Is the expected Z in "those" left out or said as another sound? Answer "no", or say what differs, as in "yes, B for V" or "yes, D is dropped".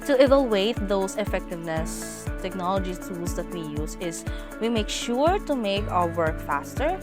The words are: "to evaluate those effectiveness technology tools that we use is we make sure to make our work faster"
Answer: yes, S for Z